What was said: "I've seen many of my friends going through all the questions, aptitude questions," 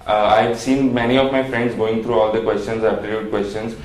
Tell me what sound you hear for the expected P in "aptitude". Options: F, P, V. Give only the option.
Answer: F